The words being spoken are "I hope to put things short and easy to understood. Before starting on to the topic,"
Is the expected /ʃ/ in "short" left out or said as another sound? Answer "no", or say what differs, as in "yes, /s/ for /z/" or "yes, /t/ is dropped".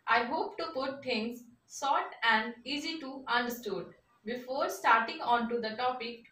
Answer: yes, /s/ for /ʃ/